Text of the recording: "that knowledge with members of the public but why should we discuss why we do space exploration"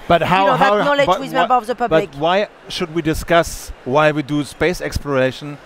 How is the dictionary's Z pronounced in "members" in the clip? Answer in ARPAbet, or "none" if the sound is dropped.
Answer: none